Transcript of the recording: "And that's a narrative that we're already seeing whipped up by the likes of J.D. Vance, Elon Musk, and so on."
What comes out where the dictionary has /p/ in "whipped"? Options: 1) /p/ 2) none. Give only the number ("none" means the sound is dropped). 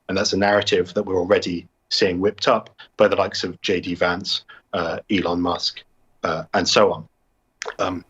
1